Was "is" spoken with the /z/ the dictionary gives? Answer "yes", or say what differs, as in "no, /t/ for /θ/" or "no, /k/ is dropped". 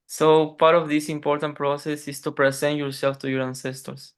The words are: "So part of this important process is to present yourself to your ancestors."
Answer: no, /s/ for /z/